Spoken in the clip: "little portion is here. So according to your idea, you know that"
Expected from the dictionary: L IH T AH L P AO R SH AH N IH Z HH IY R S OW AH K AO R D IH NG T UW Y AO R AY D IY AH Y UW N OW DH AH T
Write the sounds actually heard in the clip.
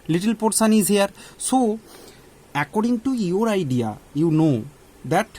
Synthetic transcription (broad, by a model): L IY T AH L P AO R S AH N IH Z HH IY R S OW AH K AO R D IH NG T UW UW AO R AY D IY AH Y UW N OW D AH T